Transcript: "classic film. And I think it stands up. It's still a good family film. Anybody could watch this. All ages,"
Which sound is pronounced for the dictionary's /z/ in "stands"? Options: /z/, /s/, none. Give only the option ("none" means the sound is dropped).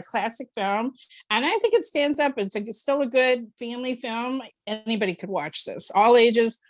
/z/